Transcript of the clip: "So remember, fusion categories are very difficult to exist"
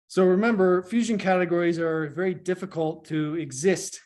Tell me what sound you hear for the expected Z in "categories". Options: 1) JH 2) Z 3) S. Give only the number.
2